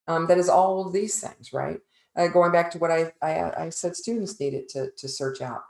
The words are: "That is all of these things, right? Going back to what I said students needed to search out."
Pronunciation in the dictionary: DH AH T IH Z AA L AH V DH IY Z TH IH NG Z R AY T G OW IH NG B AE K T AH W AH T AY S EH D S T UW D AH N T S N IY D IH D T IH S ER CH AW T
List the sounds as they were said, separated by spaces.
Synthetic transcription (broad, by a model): DH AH T IH Z AA L DH IY Z TH IH NG Z R AY T G OW IH NG B AE K T AH W AH T AY S EH D S T UW D N T S N IY D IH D T IH S ER CH AW T